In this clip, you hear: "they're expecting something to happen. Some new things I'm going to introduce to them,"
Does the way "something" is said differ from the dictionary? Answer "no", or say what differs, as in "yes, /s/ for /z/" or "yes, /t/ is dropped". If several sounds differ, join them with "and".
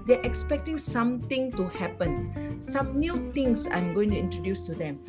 yes, /t/ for /θ/